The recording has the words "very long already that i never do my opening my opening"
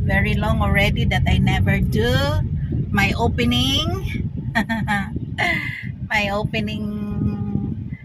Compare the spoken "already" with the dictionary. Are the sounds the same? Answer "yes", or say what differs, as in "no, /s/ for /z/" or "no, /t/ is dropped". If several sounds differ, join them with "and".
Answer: yes